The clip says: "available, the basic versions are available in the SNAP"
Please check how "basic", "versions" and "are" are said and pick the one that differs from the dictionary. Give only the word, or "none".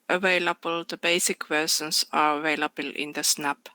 versions